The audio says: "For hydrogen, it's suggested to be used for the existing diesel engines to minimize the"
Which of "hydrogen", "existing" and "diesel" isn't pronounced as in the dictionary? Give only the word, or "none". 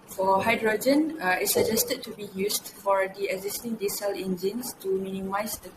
none